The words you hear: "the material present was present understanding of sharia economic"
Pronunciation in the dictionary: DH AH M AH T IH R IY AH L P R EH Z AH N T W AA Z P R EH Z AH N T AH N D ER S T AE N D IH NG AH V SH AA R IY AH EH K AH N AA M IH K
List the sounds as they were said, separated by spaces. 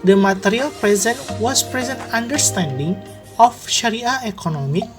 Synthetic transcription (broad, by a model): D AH M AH T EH R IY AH L P R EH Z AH N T W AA S P R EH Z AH N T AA N D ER S T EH N D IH NG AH F SH AA R IY AH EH K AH N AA M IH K